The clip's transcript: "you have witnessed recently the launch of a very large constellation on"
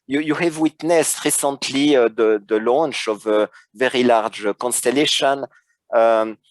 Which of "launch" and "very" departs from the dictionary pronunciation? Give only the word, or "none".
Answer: none